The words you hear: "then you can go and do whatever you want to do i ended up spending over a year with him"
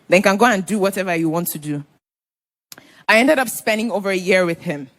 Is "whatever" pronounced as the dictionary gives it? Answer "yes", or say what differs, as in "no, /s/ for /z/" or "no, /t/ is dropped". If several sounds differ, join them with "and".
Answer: yes